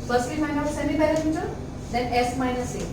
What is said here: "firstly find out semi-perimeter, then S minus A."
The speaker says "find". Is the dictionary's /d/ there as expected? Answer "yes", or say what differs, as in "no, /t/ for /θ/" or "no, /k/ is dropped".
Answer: no, /d/ is dropped